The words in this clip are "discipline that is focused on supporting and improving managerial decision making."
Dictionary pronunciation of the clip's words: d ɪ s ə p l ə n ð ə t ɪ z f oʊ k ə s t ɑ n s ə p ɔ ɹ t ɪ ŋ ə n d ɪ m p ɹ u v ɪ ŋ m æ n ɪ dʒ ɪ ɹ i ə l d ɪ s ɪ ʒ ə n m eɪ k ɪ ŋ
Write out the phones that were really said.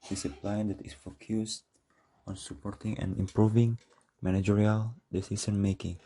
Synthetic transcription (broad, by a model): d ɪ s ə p l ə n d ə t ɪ s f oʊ k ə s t ɑ n s ə p ɔ ɹ t ɪ ŋ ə n ɪ m p ɹ u v ɪ ŋ m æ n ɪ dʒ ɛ ɹ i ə l d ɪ s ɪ s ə n m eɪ k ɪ ŋ